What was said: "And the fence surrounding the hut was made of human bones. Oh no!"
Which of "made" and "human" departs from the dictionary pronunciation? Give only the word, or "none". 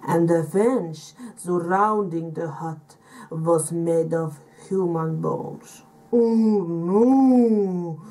none